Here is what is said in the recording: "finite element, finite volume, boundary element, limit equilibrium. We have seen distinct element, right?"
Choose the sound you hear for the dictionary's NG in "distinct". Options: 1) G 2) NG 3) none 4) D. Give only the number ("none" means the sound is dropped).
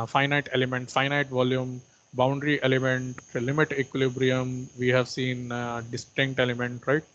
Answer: 2